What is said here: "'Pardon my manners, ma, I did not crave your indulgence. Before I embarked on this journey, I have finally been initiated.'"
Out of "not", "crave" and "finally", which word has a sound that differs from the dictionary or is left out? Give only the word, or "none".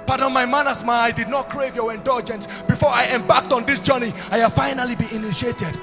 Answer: none